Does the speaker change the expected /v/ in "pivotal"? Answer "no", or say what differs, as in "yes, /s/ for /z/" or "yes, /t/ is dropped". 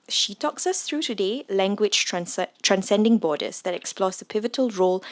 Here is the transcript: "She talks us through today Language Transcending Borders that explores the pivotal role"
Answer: no